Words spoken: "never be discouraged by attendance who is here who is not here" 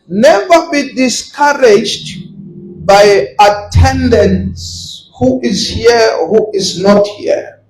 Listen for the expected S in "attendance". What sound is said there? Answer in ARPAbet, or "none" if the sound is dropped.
S